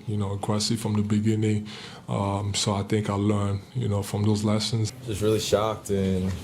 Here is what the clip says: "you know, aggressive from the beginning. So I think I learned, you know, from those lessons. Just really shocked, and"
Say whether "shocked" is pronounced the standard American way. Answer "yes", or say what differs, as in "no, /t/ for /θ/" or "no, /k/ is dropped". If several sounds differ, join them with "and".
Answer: yes